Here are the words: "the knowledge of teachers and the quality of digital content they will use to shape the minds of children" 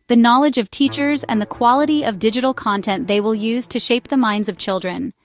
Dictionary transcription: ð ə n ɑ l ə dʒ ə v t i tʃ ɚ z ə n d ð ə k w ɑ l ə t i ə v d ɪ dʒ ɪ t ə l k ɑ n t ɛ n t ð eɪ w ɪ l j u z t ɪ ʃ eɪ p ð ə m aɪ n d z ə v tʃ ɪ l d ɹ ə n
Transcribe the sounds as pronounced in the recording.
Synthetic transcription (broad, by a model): ð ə n ɑ l ə dʒ ə v t i tʃ ɚ z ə n ð ə k w ɑ l ə t i ə v d ɪ dʒ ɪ t l k ɑ n t ɛ n ð eɪ w ɪ l j u z t ɪ ʃ eɪ p ð ə m aɪ n d z ə v tʃ ɪ l d ɹ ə n